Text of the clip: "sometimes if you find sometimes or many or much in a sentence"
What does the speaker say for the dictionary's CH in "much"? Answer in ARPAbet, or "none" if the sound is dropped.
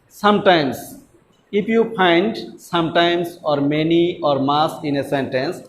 S